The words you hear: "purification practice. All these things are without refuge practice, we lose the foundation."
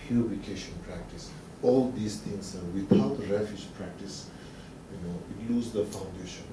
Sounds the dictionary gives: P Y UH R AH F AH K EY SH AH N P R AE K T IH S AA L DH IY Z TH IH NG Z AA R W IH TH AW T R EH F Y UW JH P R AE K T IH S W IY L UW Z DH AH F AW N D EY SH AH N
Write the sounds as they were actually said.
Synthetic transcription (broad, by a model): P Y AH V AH K EY SH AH N P R AE K T IH S AA L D IY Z T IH NG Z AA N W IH T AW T R EH F Y UW JH P R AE K T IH S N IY L UW Z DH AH F AW N D EY SH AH N